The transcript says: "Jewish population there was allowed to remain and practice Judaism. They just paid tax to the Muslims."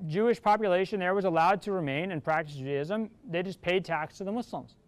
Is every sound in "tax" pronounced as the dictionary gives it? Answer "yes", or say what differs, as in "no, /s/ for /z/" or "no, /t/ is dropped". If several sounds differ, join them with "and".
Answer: yes